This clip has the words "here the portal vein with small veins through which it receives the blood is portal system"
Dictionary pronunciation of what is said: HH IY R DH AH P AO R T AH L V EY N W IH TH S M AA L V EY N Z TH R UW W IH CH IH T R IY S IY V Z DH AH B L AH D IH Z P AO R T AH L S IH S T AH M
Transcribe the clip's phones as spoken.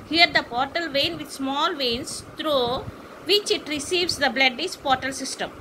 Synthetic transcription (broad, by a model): HH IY R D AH P AO R T AH L V EY N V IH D S M AA L V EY N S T R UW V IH CH IH T R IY S IY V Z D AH B L AH D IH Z P AO R T AH L S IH S T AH M